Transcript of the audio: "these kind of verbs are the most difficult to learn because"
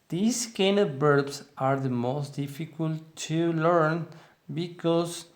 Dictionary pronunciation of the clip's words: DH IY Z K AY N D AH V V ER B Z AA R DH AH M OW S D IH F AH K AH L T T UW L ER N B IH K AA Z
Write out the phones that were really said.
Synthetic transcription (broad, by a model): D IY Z K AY N AH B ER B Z AA R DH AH M OW S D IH F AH K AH L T T UW L ER N B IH K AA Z